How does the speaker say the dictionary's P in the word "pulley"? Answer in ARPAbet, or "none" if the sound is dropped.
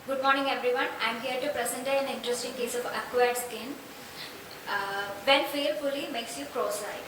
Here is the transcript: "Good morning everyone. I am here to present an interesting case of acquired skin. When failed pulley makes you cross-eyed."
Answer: F